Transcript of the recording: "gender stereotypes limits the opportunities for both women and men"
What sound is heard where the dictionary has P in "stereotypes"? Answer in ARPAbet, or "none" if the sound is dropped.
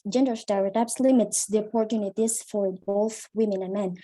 B